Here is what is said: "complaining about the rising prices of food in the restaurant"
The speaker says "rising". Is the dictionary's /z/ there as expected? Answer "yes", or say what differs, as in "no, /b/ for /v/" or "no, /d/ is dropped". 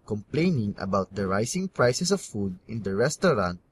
no, /s/ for /z/